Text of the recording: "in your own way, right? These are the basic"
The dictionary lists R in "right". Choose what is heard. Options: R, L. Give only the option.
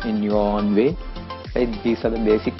L